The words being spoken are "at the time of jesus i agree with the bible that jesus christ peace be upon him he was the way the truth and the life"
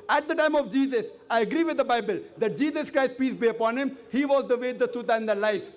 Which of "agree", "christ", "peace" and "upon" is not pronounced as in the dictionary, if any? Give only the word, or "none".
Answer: none